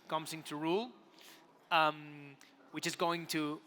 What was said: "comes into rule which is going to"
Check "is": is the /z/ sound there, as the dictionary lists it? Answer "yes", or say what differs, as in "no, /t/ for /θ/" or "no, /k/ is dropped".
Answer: yes